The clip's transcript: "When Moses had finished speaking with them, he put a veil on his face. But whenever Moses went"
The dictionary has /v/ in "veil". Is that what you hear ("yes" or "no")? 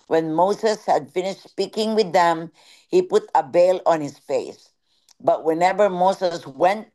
no